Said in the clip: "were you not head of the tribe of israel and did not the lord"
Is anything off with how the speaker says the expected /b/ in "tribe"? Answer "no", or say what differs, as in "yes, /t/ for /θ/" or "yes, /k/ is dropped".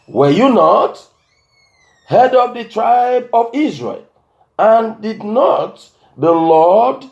no